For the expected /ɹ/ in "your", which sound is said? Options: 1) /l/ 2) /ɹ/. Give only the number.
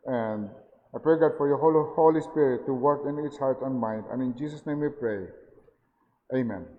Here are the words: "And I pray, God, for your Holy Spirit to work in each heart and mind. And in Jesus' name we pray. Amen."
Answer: 1